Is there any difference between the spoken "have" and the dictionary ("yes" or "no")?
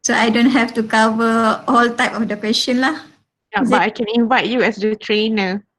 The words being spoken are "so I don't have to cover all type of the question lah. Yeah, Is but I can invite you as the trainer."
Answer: yes